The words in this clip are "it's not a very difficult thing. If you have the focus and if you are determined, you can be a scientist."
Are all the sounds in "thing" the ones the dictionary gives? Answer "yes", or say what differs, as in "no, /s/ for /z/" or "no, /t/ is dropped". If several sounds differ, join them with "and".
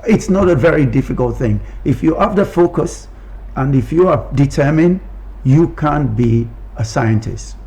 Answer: yes